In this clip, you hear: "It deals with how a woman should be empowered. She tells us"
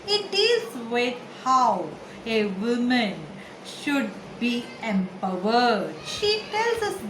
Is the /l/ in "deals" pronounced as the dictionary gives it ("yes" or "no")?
no